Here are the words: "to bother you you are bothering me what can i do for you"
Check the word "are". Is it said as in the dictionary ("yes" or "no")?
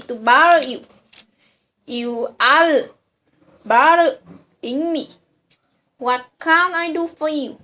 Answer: no